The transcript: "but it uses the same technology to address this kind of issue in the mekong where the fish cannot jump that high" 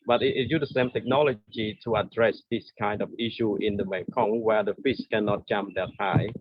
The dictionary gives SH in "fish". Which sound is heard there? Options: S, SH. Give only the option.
S